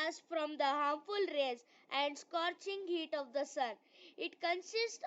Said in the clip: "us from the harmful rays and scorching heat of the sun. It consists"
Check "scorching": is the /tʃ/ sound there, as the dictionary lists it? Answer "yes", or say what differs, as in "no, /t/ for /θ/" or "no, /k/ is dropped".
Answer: yes